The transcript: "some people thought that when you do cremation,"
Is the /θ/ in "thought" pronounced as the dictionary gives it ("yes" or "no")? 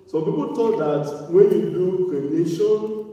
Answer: no